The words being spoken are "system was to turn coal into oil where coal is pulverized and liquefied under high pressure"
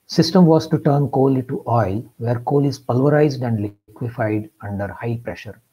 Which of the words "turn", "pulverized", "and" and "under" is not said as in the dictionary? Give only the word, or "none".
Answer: none